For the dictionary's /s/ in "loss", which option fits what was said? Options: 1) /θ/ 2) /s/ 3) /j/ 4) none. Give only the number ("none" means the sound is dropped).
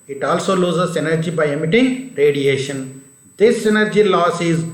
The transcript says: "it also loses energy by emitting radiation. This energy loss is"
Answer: 2